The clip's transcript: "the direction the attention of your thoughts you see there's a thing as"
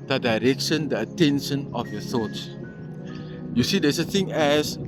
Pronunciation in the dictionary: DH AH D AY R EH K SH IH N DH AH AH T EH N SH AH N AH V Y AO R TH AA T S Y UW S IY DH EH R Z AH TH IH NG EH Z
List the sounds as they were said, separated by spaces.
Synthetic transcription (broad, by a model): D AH D AY R EH K SH IH N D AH AH T EH N SH AH N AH F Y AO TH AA T S Y UW S IY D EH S AH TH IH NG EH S